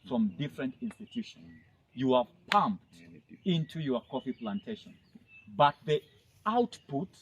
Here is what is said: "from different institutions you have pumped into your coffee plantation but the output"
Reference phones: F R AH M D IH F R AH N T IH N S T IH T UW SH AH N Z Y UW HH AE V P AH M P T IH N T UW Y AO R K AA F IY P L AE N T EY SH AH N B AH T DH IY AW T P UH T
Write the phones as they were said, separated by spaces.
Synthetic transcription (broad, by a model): F R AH M D IH F R AH N T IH N S T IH T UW SH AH N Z Y UW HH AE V P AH M P T IH N T UW Y AO R K AA F IY P L AE N T EY SH AH N B AH T DH IY AW T P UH T